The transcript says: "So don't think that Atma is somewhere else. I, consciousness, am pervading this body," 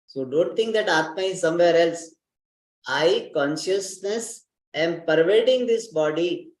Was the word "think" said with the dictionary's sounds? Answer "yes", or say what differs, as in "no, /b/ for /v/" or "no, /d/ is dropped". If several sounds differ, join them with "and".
no, /t/ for /θ/